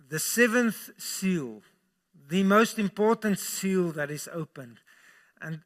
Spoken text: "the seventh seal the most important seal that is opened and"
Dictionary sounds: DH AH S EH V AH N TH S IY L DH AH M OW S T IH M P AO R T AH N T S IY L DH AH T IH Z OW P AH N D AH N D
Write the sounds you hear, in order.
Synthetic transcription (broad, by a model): DH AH S EH V AH N TH S IY L DH AH M OW S T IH M P AO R T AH N T S IY L DH AH T IH Z OW P AH N D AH N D